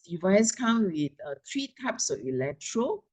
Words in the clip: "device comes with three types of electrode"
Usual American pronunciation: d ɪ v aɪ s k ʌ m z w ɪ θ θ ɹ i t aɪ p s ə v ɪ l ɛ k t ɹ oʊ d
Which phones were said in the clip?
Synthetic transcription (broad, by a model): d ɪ v aɪ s k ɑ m w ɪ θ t ɹ i t aɪ p s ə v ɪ l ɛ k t ɹ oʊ